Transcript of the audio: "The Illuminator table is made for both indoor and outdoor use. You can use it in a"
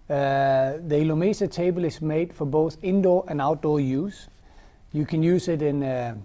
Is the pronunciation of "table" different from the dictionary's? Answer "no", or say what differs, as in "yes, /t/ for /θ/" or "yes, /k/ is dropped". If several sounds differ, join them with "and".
no